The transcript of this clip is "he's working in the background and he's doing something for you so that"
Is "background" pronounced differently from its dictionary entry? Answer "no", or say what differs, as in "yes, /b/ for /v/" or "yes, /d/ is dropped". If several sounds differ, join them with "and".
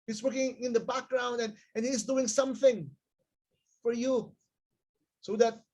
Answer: no